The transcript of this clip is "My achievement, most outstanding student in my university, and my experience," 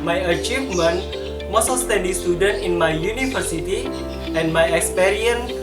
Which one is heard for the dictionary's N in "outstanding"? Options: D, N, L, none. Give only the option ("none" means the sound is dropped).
none